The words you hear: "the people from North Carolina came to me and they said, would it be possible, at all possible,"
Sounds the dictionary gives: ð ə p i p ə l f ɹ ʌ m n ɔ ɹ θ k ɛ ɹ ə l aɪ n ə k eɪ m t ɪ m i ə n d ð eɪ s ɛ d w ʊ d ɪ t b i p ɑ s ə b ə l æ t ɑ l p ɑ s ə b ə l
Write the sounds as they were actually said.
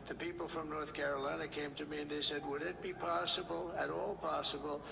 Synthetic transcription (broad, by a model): ð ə p i p l f ɹ ʌ m n ɔ ɹ θ k ɛ ɹ ə l aɪ n ə k eɪ m t ɪ m i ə n ð eɪ s ɛ d w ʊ d ɪ t b i p ɑ s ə b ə l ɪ t ɑ l p ɑ s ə b l